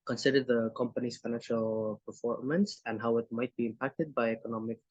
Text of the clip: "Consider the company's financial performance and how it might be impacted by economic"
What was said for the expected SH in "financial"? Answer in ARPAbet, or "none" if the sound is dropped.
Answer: SH